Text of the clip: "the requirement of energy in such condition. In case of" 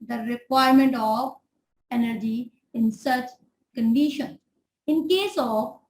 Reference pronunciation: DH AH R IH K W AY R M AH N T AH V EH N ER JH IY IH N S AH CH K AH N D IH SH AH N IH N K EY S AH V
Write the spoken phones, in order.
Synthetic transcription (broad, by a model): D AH R IH K W AY R M AH N T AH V EH N ER JH IY IH N S AH CH K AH N D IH SH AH N IH N K EY S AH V